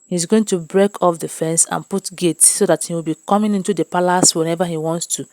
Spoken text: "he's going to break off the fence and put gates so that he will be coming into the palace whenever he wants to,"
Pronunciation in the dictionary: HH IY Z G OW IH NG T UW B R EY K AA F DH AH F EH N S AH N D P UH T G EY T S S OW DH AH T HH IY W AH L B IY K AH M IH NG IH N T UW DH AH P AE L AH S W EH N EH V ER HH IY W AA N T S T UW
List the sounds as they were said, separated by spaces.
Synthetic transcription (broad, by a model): HH IY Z G OW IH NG T UW B R EY K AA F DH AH F EH N S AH N P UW T G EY T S S OW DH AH T HH IY W AH L B IY K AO M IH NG IH N T UW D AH P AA L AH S W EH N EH V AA HH IY W AA N T S T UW